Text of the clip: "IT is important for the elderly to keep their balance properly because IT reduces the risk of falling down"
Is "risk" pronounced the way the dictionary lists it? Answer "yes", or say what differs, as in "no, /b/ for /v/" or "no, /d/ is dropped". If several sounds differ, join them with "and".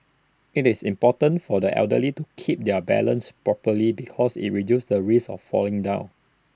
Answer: no, /k/ is dropped